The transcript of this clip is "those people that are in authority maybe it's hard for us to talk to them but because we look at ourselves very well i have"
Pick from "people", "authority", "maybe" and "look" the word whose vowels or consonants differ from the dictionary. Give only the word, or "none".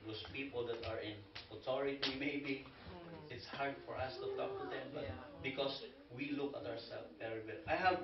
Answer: authority